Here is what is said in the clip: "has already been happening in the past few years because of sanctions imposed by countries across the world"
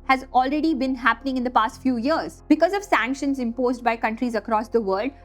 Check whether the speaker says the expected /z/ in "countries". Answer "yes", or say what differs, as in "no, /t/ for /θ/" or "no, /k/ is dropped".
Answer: yes